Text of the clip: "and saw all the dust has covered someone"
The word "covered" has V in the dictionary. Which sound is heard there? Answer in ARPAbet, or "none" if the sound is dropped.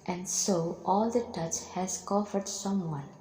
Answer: F